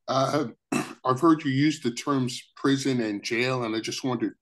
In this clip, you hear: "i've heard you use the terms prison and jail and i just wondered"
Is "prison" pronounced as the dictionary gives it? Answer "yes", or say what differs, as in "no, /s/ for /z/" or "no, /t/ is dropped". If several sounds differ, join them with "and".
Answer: yes